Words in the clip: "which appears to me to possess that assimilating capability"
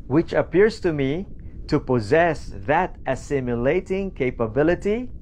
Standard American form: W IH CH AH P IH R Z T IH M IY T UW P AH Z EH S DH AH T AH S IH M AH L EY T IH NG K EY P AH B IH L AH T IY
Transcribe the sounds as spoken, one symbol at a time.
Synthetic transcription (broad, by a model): W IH CH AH P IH R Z T IH M IY T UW P AH Z EH S DH AH T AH S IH M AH L EY T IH NG K EY P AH B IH L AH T IY